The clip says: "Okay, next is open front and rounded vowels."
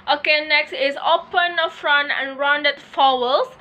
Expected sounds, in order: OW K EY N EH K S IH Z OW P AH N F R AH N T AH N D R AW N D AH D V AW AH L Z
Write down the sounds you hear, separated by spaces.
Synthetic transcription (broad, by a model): OW K EY N EH K S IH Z OW P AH N F R AH N T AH N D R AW N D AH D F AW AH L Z